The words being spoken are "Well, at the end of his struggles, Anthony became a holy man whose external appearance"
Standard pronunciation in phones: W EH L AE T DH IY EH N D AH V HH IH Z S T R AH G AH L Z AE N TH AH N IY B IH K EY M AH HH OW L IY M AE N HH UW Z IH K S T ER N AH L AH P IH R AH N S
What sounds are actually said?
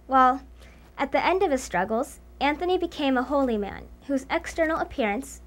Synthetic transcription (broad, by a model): W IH L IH T DH IY EH N D AH V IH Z S T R AH G L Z AE N TH AH N IY B IH K EY M AH HH OW L IY M AE N HH UW Z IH K S T ER N L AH P IH R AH N S